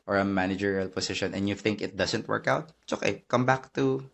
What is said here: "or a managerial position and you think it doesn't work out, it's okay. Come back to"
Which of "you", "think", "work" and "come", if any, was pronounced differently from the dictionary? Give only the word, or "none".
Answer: none